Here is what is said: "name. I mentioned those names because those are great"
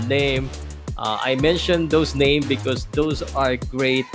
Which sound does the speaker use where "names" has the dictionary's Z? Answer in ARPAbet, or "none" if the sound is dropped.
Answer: none